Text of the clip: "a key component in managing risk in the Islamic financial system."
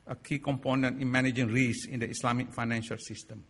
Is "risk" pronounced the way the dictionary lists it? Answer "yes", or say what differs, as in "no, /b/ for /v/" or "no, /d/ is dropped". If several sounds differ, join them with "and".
no, /k/ is dropped